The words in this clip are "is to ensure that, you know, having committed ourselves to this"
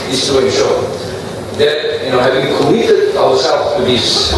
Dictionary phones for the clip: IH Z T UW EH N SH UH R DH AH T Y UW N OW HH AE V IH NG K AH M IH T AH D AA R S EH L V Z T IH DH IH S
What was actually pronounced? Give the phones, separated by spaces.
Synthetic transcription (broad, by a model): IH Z T UW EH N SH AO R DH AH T Y UW N OW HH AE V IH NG K AH M IH T AH D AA W S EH L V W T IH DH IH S